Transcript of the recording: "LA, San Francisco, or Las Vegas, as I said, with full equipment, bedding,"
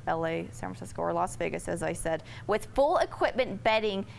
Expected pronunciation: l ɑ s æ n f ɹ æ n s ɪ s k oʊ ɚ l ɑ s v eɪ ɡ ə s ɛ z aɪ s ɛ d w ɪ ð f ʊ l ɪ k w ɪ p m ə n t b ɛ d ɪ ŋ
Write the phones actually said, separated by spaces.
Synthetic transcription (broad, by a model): l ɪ s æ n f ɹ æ s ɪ s k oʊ ɚ l ɑ s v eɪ ɡ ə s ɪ z aɪ s ɛ d w ɪ ð f ʊ l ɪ k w ɪ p m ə n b ɛ d ɪ ŋ